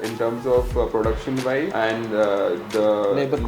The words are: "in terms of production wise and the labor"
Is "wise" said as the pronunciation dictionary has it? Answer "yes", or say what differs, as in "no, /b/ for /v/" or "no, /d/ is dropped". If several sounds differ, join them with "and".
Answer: no, /z/ is dropped